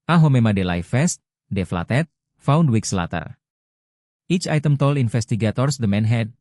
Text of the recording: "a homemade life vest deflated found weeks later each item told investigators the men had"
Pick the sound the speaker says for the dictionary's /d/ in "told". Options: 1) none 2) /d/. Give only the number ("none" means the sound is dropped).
1